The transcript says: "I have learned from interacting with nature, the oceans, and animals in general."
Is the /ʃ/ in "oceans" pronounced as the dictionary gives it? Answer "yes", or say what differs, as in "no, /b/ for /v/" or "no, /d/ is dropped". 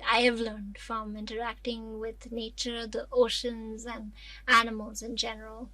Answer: yes